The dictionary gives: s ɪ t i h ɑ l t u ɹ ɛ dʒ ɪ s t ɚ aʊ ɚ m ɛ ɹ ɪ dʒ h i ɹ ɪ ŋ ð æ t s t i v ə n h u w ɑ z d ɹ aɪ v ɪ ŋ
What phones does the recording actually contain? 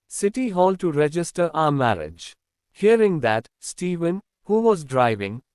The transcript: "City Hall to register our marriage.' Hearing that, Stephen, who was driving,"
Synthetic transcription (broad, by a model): s ɪ t i h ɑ l t u ɹ ɛ dʒ ɪ s t ɚ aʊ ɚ m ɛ ɹ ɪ dʒ h i ɹ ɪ ŋ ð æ t s t i v ə n h u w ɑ z d ɹ aɪ v ɪ ŋ